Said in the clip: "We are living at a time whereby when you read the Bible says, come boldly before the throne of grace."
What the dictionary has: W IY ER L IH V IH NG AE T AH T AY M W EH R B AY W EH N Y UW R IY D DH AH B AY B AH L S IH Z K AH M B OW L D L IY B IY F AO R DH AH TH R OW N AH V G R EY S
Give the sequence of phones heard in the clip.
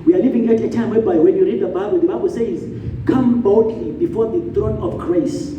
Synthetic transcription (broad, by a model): W IY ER L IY V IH NG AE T AH T AY M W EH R B AY W EH N Y UW R IY D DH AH B AY B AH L S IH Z K AH M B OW D L IY B IY F AO R DH AH TH R OW N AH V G R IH S